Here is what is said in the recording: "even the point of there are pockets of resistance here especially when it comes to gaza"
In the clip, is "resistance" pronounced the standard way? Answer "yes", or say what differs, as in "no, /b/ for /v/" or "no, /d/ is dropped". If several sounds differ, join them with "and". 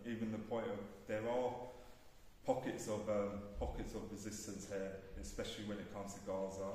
yes